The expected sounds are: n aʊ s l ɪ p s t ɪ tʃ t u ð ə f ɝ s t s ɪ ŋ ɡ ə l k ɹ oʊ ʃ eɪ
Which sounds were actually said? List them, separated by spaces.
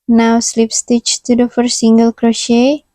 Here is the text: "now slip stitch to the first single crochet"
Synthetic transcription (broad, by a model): n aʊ s l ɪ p s t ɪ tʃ t u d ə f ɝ t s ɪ ŋ ɡ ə l k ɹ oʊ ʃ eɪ